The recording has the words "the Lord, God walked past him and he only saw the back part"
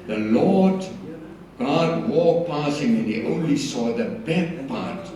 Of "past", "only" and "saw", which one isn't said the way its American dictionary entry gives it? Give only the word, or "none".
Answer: past